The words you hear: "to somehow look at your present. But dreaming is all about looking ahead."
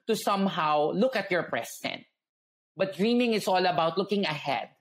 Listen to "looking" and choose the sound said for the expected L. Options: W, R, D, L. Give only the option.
L